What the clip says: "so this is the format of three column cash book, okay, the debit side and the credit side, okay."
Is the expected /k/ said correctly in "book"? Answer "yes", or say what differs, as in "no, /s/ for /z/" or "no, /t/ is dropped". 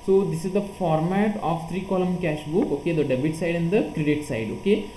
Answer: yes